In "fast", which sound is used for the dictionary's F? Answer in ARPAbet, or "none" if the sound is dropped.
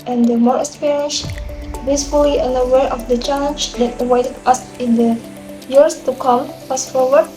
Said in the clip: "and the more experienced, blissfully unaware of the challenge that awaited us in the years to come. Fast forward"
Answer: P